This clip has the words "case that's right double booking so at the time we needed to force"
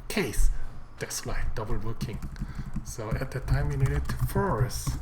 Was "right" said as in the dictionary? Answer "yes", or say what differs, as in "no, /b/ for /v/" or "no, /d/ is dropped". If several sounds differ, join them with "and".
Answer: no, /l/ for /ɹ/